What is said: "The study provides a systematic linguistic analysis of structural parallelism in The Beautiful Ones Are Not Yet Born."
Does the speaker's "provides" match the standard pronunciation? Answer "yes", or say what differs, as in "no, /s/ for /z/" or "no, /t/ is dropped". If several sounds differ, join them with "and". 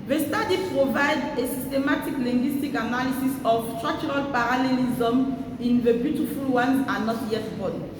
no, /z/ is dropped